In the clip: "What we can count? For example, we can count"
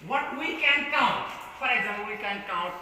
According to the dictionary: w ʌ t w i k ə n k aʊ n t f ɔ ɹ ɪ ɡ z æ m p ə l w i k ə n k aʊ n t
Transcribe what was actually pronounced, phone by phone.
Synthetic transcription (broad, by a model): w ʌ t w i k ə n k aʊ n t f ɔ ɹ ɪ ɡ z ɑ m ə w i k ə n k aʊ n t